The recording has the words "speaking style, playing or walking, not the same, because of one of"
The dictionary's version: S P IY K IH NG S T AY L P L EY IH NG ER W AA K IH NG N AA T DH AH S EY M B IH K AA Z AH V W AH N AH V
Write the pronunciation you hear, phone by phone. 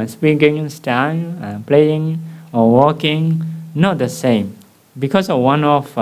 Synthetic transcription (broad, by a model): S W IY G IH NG S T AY N P L EY IH NG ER W AA K IH NG N AA T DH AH S EY M B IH K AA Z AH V W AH N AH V